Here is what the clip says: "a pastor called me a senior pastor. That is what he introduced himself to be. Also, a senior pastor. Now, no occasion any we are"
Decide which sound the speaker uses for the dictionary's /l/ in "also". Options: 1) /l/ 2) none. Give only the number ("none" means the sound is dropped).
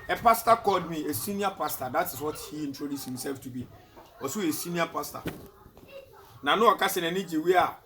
2